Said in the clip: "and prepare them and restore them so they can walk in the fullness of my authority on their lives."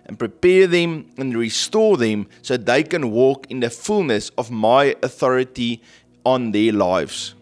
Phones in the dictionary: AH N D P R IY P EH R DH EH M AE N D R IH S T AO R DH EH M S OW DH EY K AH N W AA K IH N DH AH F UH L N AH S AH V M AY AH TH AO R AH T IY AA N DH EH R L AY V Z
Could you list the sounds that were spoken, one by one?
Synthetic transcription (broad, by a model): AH N P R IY P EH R DH EH M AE N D R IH S T AO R DH EH M S OW DH EY K AH N W AA K IH N DH AH F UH L N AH S AH V M AY AH TH AO R AH T IY AA N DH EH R L AY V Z